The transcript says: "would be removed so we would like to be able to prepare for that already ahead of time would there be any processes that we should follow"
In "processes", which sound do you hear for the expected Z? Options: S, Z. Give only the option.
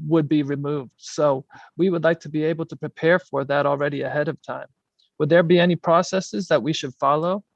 Z